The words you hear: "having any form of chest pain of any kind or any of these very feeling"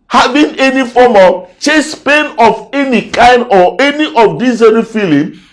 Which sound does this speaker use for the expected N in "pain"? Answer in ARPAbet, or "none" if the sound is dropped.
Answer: N